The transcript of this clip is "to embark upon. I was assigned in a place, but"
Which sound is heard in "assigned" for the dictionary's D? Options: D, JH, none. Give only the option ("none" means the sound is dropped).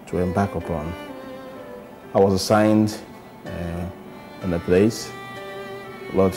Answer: D